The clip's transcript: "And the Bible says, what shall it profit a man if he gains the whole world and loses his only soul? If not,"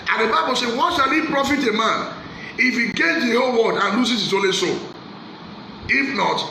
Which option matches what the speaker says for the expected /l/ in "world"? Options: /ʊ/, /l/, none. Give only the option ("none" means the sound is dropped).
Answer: none